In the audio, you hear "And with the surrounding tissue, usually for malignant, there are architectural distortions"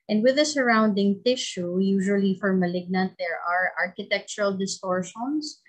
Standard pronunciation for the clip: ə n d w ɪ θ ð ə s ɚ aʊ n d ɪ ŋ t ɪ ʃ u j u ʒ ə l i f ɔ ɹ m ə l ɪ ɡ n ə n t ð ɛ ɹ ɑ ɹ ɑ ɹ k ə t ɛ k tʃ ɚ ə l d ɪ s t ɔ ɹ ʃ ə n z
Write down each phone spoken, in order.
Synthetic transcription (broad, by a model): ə n d w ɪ ð ə s ɚ aʊ n d ɪ ŋ t ɪ ʃ u j u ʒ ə l i f ɔ ɹ m ə l ɪ ɡ n ə n t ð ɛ ɹ ɑ ɹ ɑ ɹ k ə t ɛ k tʃ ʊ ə l d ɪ s t ɔ ɹ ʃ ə n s